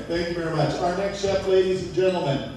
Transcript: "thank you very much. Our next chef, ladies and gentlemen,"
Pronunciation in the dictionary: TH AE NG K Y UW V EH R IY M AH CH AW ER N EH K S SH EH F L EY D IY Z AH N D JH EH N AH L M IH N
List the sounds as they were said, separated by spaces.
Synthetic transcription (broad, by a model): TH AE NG K Y UW V EH R IY M AH CH AW ER N EH K S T EH P L EY D IY Z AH N JH EH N L M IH N